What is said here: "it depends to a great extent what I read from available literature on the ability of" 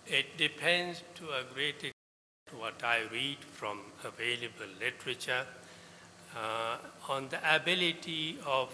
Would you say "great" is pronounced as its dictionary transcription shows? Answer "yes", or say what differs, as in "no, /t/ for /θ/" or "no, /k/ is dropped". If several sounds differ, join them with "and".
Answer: yes